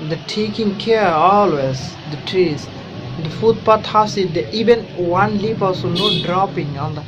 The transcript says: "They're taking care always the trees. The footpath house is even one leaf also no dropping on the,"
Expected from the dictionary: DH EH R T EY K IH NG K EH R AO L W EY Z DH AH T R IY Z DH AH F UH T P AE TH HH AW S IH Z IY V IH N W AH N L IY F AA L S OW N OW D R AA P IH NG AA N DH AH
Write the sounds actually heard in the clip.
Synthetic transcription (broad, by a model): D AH T EY K IH NG K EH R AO L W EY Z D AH T R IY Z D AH F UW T P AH T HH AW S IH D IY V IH N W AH N L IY P AA L S OW N OW D R AA P IH NG AA N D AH